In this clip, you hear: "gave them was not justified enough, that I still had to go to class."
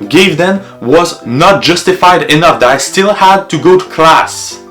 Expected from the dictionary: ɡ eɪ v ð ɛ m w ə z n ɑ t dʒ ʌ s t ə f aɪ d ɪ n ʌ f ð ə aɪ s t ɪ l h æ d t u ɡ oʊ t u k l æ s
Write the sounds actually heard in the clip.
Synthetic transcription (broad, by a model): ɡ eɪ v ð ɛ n w ə z n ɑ t dʒ ʌ s t ə f aɪ d ɪ n ʌ f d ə aɪ s t ɪ l h æ d t u ɡ oʊ t u k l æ s